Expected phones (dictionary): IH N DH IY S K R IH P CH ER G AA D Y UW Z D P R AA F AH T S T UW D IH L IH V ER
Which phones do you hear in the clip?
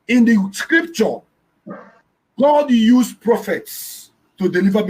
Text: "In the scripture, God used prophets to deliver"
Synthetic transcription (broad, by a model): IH N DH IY S K R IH P CH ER G AA D Y UW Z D P R AA F AH T S T UW D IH L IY V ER